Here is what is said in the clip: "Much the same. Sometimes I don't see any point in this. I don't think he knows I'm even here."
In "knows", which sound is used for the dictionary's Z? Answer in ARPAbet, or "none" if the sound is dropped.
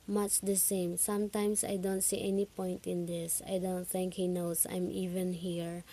S